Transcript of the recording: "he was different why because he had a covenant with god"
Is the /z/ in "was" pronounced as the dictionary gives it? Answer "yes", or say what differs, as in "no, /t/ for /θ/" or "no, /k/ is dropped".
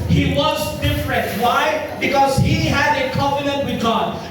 yes